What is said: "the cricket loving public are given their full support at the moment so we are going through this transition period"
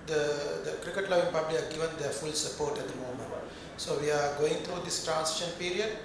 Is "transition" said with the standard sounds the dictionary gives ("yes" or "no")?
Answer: no